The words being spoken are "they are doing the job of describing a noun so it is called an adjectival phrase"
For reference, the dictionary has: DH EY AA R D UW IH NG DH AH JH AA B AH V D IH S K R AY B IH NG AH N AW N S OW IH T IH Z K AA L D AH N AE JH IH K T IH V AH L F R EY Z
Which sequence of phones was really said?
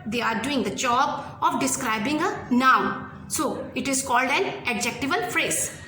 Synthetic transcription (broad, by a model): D EY AA R D UW IH NG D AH JH AA B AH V D IH S K R AY B IH NG AH N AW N S OW IH T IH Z K AA L D AH N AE JH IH K T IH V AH L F R EY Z